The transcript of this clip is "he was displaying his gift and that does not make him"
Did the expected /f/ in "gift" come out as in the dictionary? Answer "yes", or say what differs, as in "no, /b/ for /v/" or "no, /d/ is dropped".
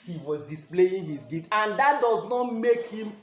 no, /f/ is dropped